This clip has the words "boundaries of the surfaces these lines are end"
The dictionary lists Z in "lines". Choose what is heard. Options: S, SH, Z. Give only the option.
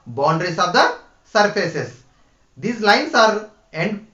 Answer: S